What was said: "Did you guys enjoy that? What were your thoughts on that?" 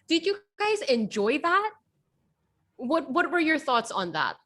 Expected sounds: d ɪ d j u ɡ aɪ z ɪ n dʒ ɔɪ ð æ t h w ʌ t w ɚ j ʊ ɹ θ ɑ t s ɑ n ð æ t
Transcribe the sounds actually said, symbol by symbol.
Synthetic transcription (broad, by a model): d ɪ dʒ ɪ ɡ aɪ z ɪ n dʒ ɔɪ ð æ t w w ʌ t w ɚ j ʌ ɹ θ ɑ t s n ð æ t